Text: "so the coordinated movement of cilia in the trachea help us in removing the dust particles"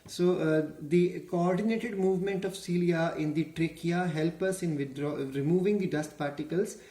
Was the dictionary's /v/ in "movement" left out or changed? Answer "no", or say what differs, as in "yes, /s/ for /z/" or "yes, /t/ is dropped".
no